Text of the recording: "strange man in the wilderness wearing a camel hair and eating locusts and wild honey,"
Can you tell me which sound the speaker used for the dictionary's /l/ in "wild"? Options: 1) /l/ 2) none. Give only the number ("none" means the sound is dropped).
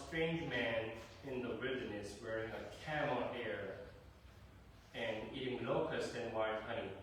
2